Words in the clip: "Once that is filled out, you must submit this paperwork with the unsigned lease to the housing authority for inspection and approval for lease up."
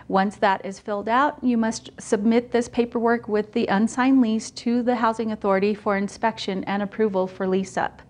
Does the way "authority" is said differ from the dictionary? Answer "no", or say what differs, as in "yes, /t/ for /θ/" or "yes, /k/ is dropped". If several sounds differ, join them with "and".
no